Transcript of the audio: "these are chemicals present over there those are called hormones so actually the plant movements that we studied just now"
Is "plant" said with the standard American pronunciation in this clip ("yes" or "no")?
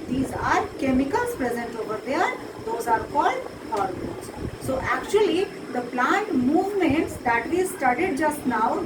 yes